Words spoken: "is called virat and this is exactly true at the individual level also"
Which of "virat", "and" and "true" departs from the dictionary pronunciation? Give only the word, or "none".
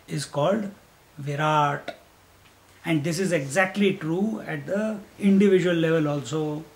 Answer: none